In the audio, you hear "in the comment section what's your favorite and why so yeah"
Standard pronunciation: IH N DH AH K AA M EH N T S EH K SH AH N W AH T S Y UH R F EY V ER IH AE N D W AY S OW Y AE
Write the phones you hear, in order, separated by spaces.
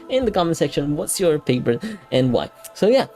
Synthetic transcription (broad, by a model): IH N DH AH K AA M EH N S EH K SH AH N W AH T S Y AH R P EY P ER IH N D W AY S OW Y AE